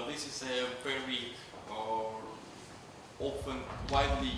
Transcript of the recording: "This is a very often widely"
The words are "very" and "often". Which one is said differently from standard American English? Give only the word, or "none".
often